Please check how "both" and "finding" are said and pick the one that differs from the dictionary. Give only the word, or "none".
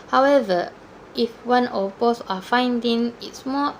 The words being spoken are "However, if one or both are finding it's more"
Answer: both